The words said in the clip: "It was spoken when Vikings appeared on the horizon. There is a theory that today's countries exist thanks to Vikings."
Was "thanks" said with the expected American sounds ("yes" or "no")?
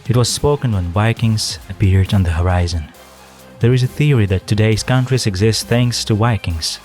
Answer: yes